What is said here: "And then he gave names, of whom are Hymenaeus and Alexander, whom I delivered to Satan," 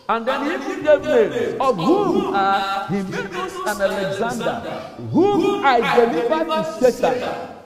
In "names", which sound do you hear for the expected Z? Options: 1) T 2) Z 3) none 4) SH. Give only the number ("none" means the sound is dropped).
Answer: 3